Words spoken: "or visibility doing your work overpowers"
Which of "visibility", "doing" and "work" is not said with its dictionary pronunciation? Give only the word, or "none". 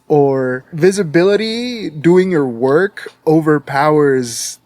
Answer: none